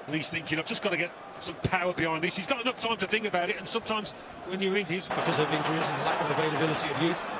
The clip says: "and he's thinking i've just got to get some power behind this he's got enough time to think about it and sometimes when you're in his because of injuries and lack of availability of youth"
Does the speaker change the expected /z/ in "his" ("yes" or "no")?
no